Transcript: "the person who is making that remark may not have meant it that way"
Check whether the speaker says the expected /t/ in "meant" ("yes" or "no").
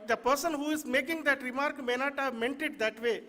yes